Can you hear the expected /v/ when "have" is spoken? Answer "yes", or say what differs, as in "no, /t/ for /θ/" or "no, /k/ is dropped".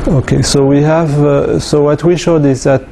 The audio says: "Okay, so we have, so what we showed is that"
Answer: yes